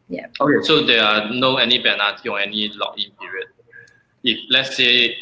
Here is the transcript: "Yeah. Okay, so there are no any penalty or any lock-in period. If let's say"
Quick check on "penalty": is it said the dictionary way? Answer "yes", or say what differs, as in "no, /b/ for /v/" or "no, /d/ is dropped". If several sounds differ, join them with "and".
no, /b/ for /p/ and /l/ is dropped